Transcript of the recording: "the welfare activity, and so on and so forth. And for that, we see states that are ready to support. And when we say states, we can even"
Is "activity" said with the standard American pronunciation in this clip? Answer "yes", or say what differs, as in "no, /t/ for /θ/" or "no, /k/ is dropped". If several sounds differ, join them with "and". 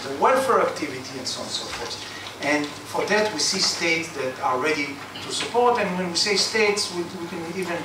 yes